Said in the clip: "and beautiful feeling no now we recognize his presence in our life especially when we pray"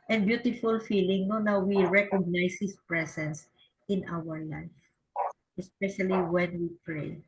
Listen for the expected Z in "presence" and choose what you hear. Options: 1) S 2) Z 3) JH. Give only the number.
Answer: 1